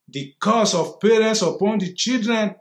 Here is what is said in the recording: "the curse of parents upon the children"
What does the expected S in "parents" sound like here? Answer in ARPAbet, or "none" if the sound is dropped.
S